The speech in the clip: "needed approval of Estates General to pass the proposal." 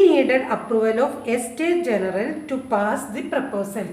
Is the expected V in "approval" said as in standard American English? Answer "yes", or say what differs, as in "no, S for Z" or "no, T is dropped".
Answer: yes